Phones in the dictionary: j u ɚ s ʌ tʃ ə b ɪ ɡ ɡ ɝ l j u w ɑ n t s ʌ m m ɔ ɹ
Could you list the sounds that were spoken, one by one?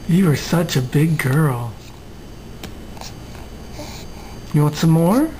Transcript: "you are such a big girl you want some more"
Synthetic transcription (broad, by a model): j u ɚ s ʌ tʃ ə b ɪ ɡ ɡ ɝ l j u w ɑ t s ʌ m m ɔ ɹ